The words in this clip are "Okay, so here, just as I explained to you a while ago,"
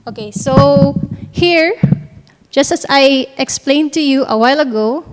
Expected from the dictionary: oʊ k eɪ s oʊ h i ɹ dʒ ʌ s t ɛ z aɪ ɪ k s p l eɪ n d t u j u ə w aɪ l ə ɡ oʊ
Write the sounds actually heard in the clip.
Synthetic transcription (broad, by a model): oʊ k eɪ s oʊ h i ɹ dʒ ʌ s t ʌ s aɪ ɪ k s p l eɪ n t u j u ə w aɪ l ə ɡ oʊ